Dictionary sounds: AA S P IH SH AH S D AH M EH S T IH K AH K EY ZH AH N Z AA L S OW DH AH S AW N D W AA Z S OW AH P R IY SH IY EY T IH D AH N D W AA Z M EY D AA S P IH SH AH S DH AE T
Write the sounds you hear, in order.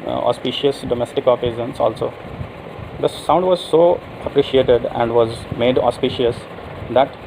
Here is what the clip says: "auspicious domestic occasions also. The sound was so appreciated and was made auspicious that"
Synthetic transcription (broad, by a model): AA S P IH SH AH S D AH M EH S T IH K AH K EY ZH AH N S AA L S OW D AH S AW N D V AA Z S OW AH P R IY SH IY EY T IH D AH N D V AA Z M EY D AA S P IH SH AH S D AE T